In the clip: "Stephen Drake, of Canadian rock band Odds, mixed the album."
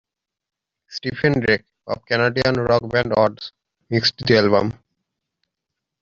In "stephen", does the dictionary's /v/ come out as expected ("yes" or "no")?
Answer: no